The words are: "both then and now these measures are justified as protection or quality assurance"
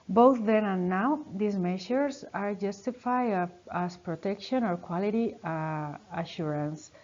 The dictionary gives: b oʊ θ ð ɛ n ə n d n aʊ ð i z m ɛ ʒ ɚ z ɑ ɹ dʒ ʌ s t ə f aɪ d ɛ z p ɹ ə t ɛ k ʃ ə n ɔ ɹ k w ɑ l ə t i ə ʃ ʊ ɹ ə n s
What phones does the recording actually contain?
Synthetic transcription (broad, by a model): b oʊ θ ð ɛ n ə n n aʊ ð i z m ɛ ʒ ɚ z ɑ ɹ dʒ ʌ s t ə f aɪ ɑ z p ɹ ə t ɛ k ʃ ə n ɔ ɹ k w ɑ l ə t i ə ʃ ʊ ɹ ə n s